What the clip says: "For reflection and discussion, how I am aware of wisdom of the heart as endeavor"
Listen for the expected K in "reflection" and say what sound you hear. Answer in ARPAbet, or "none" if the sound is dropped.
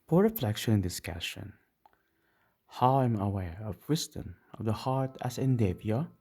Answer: K